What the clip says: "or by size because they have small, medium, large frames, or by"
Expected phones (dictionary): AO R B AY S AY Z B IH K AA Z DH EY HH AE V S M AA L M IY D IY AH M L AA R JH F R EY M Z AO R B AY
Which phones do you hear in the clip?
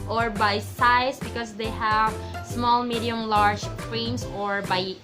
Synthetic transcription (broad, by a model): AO R B AY S AY S B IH K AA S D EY HH AE V S M AA L M IY D IY AH M L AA R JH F R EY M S AO R B AY